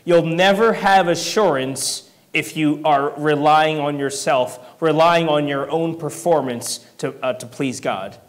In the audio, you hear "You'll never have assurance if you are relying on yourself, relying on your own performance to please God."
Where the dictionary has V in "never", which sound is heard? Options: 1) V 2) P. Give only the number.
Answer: 1